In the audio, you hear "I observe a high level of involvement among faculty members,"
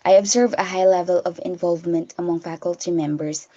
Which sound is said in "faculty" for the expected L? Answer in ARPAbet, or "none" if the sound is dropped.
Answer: L